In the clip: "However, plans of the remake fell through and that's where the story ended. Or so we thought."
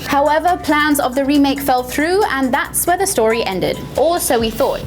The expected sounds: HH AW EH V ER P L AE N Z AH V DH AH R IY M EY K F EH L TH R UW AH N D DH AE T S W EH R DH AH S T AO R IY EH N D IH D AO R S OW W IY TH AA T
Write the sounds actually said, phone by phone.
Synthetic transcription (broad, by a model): HH AW EH V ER P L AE N Z AH V DH AH R IY M EY K F EH L TH R UW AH N DH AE T S W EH DH AH S T AO R IY EH N D IH D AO L S OW W IY TH AA T